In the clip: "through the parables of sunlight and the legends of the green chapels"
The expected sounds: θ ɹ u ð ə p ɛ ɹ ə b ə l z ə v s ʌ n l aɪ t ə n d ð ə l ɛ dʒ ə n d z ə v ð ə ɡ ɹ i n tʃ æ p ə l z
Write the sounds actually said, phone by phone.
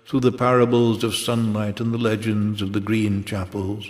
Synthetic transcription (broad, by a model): θ ɹ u ð ə p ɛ ɹ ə b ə l z ə v s ʌ n l aɪ t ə n ð ə l ɛ dʒ ə n d z ə v ð ə ɡ ɹ i n tʃ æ p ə l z